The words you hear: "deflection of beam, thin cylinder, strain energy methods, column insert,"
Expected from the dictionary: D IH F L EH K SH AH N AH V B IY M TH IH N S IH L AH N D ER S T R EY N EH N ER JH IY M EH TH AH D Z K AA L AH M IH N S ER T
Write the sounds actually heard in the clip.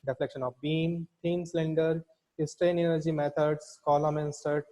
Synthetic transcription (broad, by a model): D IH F L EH K SH AH N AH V B IY M T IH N S L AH N D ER S T R EY N EH N ER JH IY M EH T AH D S K AA L AH M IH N S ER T